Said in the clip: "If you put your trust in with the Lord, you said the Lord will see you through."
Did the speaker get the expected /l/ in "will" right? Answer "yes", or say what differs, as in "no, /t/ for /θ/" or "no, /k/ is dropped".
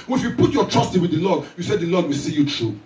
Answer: yes